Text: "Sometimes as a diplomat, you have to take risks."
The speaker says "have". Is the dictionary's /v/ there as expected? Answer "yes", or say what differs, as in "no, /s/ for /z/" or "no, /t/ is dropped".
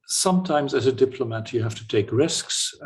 no, /f/ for /v/